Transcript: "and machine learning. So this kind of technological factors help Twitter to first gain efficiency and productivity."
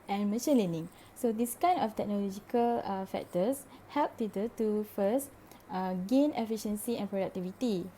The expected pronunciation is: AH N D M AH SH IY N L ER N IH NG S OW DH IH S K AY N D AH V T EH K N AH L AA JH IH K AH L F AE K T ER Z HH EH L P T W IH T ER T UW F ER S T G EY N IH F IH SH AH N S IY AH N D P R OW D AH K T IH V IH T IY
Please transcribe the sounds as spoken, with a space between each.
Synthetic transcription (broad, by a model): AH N M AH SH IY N L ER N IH NG S OW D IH S K AY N AH F T EH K N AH L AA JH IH K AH L F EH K T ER S HH EH L P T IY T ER T UW F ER S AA G EY N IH F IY SH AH N S IY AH N P R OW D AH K T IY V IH T IY